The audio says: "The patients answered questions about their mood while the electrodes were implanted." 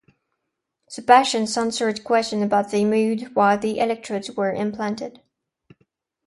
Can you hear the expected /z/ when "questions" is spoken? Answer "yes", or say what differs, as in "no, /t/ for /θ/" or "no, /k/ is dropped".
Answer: no, /z/ is dropped